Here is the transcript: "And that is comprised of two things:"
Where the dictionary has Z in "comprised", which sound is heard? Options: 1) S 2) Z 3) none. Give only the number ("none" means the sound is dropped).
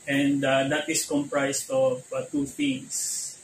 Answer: 1